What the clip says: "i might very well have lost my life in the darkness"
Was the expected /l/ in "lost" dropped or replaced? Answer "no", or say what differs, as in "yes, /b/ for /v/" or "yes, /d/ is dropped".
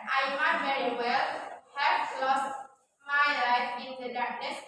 no